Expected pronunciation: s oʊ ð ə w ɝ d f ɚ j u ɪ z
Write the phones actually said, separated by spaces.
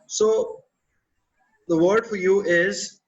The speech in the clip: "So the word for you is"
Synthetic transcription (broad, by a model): s oʊ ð ə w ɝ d f ɚ j u ɪ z